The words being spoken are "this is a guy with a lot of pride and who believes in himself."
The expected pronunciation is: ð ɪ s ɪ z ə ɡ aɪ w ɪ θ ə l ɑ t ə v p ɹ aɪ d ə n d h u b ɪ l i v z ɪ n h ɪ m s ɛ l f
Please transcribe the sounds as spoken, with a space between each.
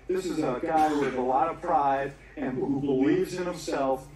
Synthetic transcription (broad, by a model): ð ɪ s ɪ z ə ɡ aɪ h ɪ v ə l ɑ t ə v p ɹ aɪ d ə n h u b ɪ l i v z ɪ n h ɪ m s ɛ l f